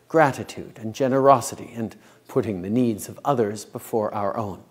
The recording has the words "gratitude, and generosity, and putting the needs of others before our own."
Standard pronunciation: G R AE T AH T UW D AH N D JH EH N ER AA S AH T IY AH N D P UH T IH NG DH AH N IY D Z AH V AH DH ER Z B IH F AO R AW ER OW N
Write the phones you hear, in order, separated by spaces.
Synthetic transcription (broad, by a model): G R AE T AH T UW D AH N JH EH N ER AA S AH T IY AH N P UH T IH NG DH AH N IY D Z AH V AH DH ER Z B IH F AO R AW ER OW N